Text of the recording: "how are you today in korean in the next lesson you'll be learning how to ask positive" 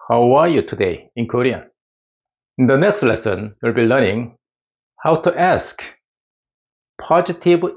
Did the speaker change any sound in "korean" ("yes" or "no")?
yes